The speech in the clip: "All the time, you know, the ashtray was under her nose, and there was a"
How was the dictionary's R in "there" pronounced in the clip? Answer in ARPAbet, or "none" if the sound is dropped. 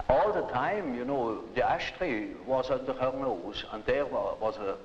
W